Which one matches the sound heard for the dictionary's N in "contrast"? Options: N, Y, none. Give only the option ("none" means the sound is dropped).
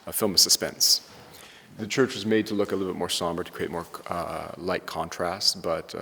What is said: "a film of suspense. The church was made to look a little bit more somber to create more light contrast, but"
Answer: N